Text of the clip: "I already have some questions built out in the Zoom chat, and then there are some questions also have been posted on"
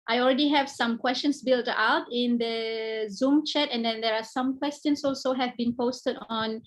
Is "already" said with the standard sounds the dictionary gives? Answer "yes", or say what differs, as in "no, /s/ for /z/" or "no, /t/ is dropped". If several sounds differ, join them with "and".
yes